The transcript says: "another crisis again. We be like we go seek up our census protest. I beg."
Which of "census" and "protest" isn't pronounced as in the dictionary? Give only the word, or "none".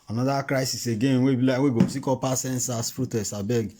protest